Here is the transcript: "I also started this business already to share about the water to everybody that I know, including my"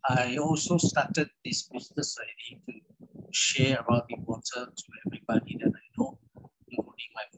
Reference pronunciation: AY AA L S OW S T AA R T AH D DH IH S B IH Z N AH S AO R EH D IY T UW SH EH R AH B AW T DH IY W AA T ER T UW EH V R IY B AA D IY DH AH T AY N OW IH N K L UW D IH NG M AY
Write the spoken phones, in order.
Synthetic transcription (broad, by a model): AY AA L S OW S T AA T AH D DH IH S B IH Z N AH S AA IH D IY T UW SH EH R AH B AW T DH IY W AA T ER T UW EH V R IY B AA D IY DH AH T AY N OW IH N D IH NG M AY